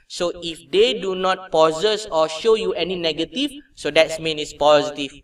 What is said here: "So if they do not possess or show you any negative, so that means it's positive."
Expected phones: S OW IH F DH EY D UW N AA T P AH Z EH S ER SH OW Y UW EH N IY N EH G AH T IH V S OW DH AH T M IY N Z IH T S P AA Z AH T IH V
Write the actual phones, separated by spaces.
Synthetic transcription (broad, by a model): S OW IH F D EY D UW N AA T P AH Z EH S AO SH OW Y UW EH N IY N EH G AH T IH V S OW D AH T M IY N IH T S P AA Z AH T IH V